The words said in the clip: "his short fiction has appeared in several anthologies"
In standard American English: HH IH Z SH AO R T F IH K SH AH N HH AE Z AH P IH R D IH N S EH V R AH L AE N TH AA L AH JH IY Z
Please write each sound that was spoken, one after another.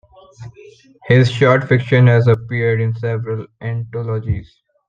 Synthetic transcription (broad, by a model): HH IH Z SH AO R T F IH K SH AH N HH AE Z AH P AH R D IH N S EH V R AH L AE N T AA L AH JH IY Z